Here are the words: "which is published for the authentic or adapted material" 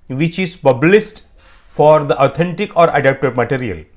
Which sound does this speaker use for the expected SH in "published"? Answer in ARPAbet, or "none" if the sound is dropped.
S